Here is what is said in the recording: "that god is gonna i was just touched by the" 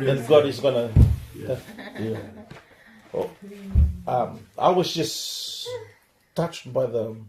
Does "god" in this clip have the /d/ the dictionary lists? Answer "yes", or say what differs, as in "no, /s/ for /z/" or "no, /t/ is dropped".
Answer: yes